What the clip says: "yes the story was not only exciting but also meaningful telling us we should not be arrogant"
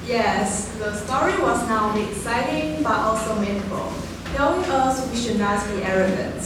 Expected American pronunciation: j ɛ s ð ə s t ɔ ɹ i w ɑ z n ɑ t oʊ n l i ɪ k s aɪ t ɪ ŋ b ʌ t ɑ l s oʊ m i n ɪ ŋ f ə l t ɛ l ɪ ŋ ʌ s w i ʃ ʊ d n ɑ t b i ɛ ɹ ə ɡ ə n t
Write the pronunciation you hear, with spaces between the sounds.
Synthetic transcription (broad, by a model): j ɛ s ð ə s t ɔ ɹ i w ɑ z n ɑ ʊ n i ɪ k s aɪ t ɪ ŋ b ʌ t ɑ l s oʊ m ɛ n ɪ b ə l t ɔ ɪ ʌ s w i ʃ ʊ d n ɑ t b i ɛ ɹ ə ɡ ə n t